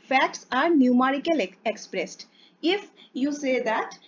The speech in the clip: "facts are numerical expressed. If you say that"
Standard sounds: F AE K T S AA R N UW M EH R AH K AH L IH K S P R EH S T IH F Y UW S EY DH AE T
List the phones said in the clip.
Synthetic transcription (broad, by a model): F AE K T S AA R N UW M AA R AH K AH L IH K S P R EH S T IH F Y UW S EY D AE T